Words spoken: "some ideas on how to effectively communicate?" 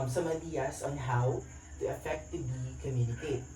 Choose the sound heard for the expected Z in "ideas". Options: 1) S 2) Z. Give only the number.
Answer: 1